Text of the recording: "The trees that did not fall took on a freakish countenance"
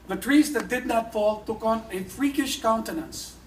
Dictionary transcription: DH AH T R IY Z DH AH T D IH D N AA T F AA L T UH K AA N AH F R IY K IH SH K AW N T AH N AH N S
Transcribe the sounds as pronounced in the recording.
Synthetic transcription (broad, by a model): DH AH T R IY Z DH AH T D IH D N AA T F AA L T UH K AA N AH F R IY K IH SH K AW N T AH N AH N S